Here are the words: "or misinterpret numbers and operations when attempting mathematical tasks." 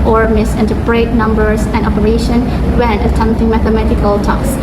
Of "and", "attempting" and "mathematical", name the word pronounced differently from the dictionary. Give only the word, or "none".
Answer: none